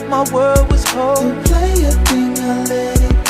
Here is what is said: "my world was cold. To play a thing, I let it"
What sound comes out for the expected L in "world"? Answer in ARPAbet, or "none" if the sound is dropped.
none